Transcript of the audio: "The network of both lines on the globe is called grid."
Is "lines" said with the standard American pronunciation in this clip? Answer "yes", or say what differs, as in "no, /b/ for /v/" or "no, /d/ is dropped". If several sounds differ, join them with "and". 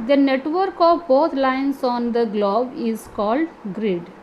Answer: no, /s/ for /z/